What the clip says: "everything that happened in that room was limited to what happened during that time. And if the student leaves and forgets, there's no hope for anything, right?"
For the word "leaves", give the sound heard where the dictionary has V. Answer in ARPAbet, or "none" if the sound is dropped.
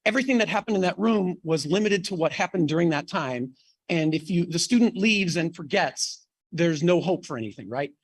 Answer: V